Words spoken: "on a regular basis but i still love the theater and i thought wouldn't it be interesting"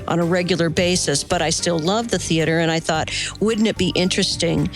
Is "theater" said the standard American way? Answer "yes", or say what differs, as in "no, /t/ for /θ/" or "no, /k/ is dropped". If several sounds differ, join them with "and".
yes